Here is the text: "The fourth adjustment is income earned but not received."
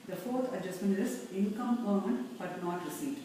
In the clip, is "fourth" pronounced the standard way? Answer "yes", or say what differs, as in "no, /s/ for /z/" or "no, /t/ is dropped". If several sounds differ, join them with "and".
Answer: no, /t/ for /θ/